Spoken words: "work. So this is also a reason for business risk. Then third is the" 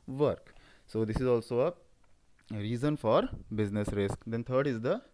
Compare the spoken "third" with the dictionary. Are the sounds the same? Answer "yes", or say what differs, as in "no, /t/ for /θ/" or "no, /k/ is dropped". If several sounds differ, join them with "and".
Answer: no, /t/ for /θ/